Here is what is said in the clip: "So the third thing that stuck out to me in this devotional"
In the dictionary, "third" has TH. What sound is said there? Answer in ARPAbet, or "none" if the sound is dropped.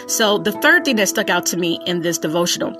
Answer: TH